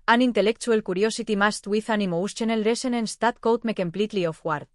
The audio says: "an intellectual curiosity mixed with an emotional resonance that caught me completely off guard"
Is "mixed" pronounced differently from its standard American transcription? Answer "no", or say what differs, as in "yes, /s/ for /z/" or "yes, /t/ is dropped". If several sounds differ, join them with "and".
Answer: yes, /k/ is dropped